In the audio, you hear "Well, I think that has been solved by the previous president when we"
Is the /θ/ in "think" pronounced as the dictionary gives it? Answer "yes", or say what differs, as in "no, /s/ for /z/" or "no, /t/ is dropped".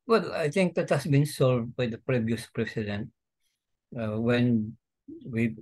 no, /t/ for /θ/